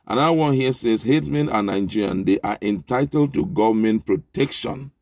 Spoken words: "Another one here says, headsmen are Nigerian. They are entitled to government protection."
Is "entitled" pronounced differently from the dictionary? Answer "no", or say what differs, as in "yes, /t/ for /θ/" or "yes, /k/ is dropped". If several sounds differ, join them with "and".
no